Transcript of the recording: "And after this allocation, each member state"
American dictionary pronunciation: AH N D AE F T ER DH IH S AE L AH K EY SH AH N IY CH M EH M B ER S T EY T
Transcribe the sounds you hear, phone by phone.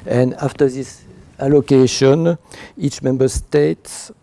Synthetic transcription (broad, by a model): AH N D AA F T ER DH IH S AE L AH K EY SH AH N IY CH M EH M B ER S T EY T